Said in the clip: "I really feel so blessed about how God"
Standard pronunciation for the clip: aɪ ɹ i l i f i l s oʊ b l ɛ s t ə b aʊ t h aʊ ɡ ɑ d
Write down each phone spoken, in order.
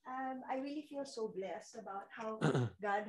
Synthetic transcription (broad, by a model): aɪ ɹ i l i f i l s oʊ b l ɛ s t ə b aʊ t h aʊ ɡ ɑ d